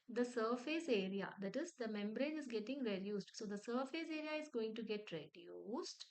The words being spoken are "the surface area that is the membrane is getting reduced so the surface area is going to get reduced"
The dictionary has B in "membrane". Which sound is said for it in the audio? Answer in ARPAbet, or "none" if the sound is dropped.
B